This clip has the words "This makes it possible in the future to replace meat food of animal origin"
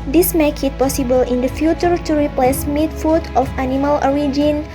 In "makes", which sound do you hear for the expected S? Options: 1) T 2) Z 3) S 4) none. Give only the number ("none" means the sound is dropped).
4